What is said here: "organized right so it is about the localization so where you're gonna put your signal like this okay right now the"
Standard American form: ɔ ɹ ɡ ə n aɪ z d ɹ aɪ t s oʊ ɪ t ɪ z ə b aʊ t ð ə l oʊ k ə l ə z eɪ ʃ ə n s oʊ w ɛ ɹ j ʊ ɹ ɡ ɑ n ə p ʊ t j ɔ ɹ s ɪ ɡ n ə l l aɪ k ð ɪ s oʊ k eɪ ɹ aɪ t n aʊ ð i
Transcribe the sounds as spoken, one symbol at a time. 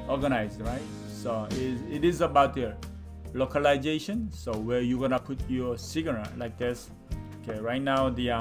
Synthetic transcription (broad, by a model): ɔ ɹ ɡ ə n aɪ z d ɹ aɪ t s oʊ ɪ t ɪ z ə b aʊ t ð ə l oʊ k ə l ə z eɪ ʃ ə n s oʊ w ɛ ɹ j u ɡ ɑ n ə p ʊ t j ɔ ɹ s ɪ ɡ ə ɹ l aɪ k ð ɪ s oʊ k eɪ ɹ aɪ t n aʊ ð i